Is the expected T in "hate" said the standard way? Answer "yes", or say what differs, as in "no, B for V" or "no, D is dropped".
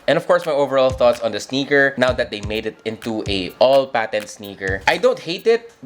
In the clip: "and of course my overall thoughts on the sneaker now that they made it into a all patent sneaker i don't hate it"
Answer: yes